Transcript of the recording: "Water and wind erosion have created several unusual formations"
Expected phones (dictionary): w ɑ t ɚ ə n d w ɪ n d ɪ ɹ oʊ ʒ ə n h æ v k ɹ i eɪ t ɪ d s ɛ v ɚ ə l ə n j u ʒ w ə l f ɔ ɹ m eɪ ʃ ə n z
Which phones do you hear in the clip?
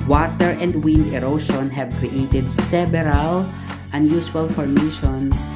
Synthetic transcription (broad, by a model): w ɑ t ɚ ə n d w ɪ n d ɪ ɹ oʊ ʃ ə n h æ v k ɹ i eɪ t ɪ d s ɛ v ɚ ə l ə n j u s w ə l f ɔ ɹ m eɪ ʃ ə n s